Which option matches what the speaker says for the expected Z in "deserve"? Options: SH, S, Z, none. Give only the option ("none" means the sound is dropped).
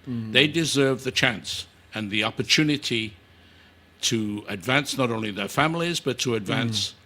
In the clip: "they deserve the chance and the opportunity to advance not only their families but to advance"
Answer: Z